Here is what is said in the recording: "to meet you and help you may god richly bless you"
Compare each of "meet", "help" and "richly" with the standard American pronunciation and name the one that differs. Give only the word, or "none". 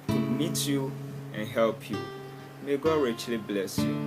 none